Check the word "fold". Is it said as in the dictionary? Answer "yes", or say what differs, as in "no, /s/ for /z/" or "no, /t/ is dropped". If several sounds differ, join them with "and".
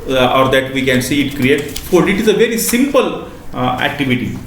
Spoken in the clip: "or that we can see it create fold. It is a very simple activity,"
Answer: no, /l/ is dropped